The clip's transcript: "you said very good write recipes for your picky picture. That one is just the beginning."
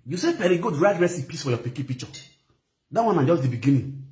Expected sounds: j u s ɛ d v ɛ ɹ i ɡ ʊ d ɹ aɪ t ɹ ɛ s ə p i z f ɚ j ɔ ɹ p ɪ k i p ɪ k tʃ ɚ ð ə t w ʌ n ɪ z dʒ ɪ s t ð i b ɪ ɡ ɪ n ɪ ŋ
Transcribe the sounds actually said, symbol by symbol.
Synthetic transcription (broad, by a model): j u s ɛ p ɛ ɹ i ɡ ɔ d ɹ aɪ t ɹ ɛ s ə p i s f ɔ j ɔ p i k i p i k tʃ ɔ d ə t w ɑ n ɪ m dʒ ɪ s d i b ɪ ɡ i n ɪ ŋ